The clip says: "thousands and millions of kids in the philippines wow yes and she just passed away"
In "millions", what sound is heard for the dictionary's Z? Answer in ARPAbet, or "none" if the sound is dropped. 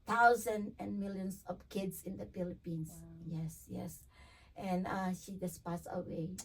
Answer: S